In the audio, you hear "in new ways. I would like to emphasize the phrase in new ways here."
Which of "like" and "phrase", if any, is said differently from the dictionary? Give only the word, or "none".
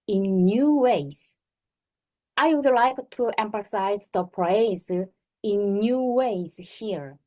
phrase